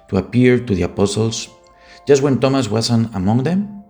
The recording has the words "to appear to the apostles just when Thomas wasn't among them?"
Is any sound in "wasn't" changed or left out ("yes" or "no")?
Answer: yes